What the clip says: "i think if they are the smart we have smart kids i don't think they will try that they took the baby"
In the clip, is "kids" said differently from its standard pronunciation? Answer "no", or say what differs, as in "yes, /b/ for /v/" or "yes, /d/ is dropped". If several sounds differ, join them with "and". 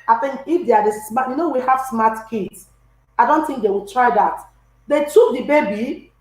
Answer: yes, /s/ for /z/